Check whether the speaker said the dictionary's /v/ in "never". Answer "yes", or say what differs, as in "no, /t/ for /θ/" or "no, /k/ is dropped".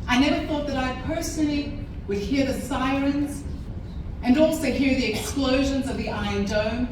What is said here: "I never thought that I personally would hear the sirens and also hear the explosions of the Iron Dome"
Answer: yes